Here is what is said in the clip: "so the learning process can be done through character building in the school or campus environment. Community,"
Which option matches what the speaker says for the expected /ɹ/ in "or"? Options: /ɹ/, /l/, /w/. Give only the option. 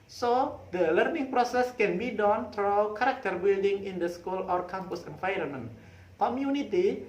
/ɹ/